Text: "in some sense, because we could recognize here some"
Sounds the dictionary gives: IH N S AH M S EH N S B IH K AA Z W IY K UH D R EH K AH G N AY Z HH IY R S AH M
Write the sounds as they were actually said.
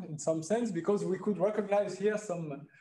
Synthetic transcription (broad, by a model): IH N S AH M S EH N S B IH K AA Z W IY K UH D R EH K AH G N AY Z HH IY R S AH M